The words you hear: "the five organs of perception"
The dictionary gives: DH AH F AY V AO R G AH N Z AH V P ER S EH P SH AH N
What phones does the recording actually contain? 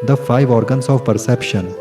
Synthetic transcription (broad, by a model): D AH F AY V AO R G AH N S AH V P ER S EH P SH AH N